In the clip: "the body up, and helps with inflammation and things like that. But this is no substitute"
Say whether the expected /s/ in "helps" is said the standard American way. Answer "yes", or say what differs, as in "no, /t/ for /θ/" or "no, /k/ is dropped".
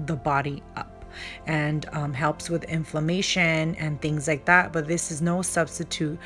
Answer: yes